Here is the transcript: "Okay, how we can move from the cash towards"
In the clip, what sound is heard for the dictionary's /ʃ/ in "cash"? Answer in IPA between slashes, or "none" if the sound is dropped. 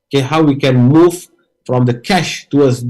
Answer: /ʃ/